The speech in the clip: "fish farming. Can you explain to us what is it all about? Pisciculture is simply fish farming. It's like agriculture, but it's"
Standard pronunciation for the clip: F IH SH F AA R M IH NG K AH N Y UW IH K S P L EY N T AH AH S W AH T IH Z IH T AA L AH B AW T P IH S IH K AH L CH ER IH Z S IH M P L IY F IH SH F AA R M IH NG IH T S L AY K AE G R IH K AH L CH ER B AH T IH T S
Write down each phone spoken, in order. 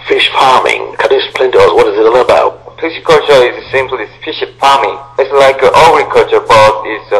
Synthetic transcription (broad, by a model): F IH SH F AA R M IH NG K AH N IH S P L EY N T AH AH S W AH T IH Z IH T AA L AH B AW T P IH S K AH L CH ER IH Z S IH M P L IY F IH SH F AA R M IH NG IH T S L AY K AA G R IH K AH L CH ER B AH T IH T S